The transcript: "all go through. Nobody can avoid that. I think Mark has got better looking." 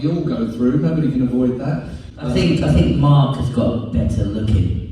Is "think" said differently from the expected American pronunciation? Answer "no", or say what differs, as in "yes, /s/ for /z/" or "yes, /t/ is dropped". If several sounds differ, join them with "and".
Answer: no